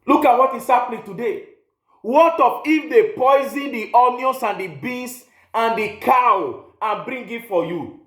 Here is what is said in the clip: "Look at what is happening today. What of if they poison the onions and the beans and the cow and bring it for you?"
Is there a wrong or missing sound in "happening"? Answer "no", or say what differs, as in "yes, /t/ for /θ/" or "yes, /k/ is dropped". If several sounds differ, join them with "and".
yes, /l/ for /n/